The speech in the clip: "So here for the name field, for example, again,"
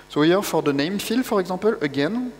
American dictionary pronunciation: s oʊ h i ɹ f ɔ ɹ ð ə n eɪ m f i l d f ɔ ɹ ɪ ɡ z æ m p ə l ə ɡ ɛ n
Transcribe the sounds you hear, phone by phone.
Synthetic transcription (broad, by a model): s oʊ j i ɹ f ɔ ɹ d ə n eɪ m f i l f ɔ ɹ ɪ ɡ z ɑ p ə l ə ɡ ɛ n